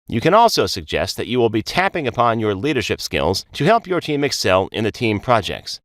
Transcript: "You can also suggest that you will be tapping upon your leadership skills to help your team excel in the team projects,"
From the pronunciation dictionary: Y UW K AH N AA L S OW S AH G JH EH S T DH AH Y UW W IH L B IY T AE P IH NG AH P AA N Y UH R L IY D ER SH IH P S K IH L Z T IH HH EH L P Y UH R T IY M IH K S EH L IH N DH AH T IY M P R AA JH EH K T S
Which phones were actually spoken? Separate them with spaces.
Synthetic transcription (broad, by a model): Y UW K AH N AA L S OW S AH G JH EH S T DH AH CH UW W IH L B IY T AE P IH NG AH P AA N Y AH R L IY D ER SH IH P S K IH L Z T IH HH EH L P Y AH R T IY M IH K S EH L IH N DH AH T IY M P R AA JH EH K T S